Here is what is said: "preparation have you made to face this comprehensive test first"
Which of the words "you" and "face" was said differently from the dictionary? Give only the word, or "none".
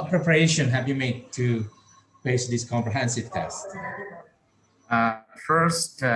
face